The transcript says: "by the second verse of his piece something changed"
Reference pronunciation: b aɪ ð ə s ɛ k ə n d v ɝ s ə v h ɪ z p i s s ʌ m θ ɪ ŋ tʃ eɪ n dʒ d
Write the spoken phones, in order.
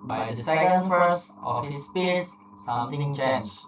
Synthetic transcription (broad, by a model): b aɪ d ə s ɛ k ə n d f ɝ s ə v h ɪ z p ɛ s s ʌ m t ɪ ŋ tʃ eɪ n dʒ